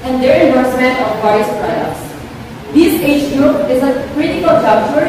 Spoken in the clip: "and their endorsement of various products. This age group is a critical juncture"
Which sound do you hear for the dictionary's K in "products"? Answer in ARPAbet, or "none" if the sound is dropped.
none